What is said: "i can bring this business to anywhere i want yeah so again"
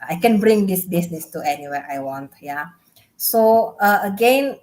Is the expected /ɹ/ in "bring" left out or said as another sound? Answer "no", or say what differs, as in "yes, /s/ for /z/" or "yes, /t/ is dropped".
no